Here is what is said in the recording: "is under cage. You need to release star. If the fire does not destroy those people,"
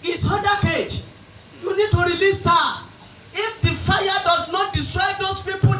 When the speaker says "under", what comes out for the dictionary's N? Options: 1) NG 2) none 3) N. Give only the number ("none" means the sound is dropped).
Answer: 2